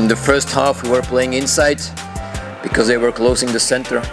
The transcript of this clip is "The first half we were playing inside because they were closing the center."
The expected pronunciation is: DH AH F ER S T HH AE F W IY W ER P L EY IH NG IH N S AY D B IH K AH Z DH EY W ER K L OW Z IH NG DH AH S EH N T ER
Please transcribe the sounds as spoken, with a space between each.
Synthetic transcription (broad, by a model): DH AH F ER S T HH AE F W IY W ER P L EY IH NG IH N S AY D B IH K AH Z DH EY W ER K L OW S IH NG DH AH S EH N T ER